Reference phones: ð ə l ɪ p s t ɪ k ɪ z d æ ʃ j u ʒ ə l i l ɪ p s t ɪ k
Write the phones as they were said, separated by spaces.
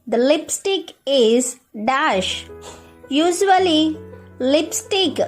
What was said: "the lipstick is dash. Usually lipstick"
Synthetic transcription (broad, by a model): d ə l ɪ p s t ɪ k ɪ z d æ ʃ j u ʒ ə l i l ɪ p s t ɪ k